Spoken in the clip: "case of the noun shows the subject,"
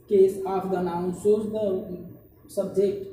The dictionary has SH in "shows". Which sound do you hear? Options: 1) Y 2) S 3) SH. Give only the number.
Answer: 2